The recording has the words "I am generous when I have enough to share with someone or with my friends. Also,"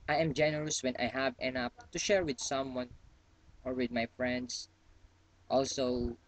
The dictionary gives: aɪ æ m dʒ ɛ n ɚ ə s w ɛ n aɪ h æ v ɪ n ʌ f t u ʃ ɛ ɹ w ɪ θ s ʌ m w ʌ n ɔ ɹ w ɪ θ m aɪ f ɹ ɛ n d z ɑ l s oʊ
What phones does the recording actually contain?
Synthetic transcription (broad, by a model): aɪ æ m dʒ ɛ n ɚ ə s w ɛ n aɪ h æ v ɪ n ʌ p t u ʃ ɛ ɹ w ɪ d s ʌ m w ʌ n ɔ ɹ w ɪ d m aɪ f ɹ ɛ n d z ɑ l s oʊ